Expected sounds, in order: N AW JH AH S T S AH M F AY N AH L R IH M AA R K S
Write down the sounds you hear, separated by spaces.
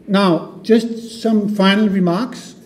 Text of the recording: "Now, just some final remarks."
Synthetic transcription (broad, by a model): N AW JH AH S T S AH M F AY N AH L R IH M AA R K S